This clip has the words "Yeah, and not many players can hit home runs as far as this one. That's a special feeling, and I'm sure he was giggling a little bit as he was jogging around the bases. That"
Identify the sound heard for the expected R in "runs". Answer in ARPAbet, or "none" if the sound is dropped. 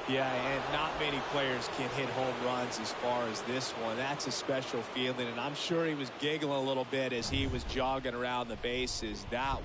R